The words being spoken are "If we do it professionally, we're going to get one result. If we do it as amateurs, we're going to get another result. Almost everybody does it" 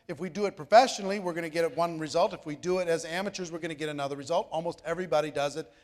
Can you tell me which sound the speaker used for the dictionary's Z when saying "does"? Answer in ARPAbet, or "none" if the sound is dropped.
Z